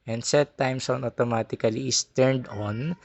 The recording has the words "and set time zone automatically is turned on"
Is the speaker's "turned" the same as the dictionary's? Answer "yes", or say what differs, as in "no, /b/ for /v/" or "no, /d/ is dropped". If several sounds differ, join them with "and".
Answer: yes